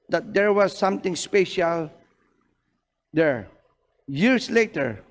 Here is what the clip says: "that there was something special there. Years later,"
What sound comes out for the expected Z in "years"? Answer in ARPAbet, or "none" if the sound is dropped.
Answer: S